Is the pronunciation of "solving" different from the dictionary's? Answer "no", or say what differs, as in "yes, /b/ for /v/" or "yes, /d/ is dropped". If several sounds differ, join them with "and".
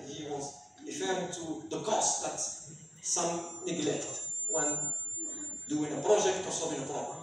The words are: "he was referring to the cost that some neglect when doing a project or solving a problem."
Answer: yes, /l/ is dropped